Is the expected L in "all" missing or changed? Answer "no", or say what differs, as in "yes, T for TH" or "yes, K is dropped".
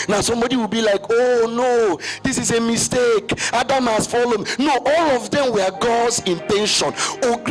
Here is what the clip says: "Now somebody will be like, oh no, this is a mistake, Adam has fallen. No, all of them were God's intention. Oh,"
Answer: no